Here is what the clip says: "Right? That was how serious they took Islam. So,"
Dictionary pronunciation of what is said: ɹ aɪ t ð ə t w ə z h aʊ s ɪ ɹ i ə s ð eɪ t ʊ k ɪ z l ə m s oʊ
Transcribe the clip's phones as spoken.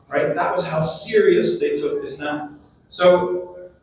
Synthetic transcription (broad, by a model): ɹ aɪ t ð ə t w ə z h aʊ s ɪ ɹ i ə s ð eɪ t ʊ k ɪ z n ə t s oʊ